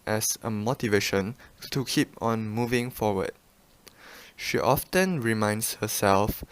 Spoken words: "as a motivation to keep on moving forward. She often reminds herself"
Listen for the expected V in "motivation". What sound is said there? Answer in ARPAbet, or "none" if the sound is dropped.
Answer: V